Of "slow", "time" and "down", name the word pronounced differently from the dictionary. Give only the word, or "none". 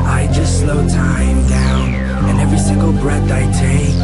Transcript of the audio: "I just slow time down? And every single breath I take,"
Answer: none